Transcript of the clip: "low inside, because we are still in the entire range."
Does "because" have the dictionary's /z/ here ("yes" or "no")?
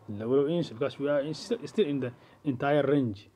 no